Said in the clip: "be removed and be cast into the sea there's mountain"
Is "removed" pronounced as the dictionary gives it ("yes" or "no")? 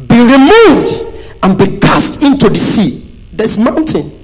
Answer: yes